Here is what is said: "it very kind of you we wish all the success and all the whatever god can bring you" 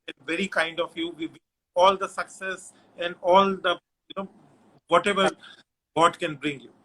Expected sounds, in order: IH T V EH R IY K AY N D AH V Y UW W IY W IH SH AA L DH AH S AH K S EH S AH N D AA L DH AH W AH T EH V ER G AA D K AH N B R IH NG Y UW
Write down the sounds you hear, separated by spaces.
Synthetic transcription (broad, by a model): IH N V EH R IY K AY N D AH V Y UW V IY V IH AA L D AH S AH K S EH S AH N D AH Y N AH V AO T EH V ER G AA D K AH N B R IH NG Y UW